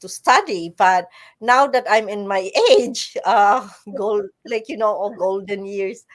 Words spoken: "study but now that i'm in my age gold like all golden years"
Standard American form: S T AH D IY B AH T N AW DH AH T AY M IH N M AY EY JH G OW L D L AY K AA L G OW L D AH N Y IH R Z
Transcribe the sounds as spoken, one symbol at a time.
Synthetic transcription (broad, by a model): S T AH D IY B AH T N AW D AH T AY M IH N M AY EY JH G OW L D L AY K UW N G OW L D AH N Y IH R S